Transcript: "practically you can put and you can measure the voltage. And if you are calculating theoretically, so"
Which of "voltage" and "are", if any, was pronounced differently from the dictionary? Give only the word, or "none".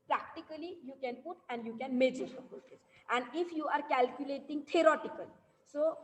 voltage